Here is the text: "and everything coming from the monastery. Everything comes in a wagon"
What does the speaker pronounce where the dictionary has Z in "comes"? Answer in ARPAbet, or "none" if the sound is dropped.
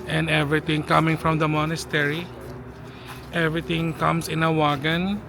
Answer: S